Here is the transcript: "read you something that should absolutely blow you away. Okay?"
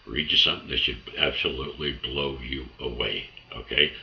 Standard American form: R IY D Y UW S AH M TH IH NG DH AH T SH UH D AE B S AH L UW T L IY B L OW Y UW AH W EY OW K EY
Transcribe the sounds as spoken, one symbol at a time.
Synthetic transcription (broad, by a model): R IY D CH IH S AH M TH IH NG DH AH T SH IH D AE B S AH L UW T L IY B L OW Y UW AH W EY OW K EY